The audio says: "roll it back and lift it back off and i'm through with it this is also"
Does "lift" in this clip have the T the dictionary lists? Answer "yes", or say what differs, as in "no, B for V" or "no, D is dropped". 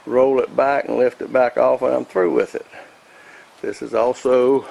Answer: yes